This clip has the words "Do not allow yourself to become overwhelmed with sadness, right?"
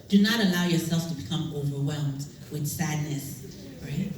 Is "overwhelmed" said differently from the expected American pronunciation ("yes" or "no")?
no